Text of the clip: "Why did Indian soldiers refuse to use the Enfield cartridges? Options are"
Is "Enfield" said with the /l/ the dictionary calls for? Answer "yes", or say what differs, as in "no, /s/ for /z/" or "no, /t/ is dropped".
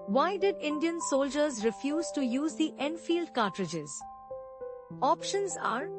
yes